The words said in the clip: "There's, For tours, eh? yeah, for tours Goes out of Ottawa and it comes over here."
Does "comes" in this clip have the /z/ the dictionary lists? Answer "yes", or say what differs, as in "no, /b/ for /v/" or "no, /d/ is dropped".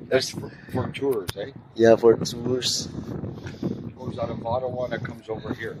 yes